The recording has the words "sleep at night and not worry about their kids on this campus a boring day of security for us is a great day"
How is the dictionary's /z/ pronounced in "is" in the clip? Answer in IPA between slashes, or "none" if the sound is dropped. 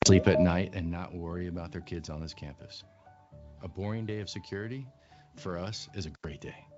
/z/